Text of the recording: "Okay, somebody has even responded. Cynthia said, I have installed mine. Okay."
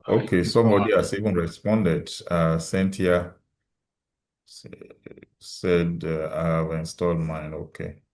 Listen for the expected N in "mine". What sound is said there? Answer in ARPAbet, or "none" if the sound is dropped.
N